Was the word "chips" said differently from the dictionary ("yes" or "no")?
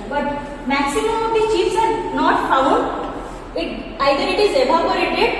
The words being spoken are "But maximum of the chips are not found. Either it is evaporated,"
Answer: yes